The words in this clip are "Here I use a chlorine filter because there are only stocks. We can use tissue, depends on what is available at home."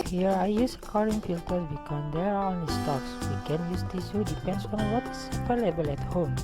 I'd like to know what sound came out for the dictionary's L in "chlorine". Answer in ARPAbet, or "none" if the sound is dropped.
none